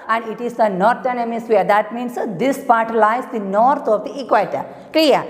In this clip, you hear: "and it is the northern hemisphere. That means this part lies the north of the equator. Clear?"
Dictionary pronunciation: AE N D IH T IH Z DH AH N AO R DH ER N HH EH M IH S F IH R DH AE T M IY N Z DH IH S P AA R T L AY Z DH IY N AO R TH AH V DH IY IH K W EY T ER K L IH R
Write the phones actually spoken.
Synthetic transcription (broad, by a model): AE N D IH T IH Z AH N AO R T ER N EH M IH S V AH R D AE T M IY N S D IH S P AA R T L AY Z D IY N AO R T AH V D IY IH K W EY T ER K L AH R